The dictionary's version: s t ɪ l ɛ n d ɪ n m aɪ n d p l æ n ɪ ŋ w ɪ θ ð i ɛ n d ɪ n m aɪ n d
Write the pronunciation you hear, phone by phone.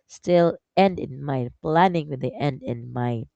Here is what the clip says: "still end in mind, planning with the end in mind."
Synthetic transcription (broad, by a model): s t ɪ l ɛ n d ɪ n m aɪ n p l æ n ɪ ŋ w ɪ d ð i ɛ n d ɪ n m aɪ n